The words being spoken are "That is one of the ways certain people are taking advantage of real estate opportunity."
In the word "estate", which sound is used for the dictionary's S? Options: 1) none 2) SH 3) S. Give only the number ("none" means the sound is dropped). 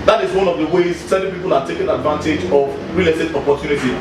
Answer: 1